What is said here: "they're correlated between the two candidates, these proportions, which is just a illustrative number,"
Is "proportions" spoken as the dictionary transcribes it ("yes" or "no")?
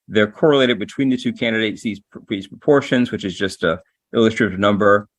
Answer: yes